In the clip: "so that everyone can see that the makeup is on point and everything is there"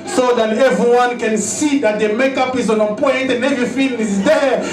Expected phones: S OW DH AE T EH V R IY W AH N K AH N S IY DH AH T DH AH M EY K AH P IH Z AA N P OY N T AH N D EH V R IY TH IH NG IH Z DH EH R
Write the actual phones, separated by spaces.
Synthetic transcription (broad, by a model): S OW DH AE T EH V R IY W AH N K AH N S IY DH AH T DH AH M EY K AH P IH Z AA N P OY N T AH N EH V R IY F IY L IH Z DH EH